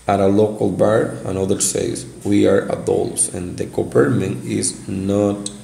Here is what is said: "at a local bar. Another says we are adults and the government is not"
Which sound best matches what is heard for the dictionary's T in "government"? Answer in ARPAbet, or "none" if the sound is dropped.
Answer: none